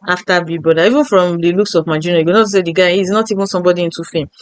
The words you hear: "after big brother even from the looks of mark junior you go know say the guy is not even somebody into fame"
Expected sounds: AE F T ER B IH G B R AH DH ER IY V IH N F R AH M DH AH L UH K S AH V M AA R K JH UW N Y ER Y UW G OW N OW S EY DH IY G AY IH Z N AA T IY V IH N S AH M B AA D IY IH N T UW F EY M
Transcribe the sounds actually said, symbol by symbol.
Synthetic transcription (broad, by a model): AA F T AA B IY B AO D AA IY V IH N F R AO M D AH L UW K S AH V M AA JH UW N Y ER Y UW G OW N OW S EY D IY G AY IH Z N AA T IY V IH N S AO M B AA D IY IH N T UW F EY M